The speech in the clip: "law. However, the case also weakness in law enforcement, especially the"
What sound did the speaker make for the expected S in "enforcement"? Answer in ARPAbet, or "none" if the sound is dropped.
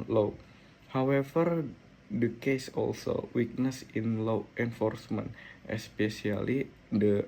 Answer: S